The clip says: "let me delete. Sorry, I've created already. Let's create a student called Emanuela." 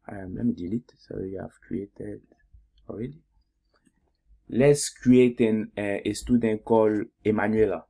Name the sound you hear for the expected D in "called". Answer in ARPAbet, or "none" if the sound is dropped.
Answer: none